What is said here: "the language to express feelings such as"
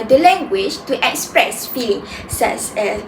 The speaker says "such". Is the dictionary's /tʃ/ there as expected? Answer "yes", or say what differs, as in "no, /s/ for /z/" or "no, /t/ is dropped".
no, /s/ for /tʃ/